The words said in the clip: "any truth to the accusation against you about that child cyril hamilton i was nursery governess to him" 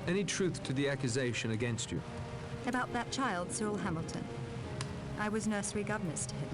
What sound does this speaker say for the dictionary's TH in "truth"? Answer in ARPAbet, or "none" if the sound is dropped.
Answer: TH